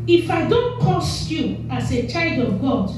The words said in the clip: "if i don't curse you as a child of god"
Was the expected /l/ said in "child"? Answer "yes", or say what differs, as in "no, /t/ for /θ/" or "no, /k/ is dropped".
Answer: yes